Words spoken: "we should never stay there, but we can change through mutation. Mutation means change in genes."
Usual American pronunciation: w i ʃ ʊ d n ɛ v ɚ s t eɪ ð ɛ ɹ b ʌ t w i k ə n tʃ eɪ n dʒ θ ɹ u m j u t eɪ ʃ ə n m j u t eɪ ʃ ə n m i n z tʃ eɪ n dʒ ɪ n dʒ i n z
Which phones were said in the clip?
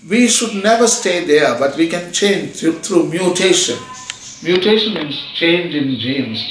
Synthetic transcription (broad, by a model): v i ʃ ʊ d n ɛ v ɚ s t eɪ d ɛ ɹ b ʌ t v i k ə n tʃ eɪ n dʒ t ɹ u m j u t eɪ ʃ ə n m j u t eɪ ʃ ə n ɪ z tʃ eɪ n dʒ ɪ n dʒ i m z